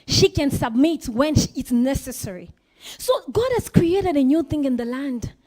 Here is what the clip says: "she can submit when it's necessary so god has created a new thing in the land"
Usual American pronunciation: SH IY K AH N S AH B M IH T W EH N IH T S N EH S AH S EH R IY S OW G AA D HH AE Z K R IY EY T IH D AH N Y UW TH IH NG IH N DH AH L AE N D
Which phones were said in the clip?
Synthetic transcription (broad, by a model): SH IY K AH N S AH B M IH T W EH N IH T S N EH S AH S EH R IY S OW G AA D HH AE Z K R IY EY T IH D AH N Y UW TH IH NG IH N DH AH L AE N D